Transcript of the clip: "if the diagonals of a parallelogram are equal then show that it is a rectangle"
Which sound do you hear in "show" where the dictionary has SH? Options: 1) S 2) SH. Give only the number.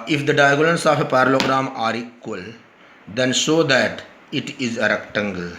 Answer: 1